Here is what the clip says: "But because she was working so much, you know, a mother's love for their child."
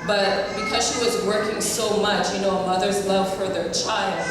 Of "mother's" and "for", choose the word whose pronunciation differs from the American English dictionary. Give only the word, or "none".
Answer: none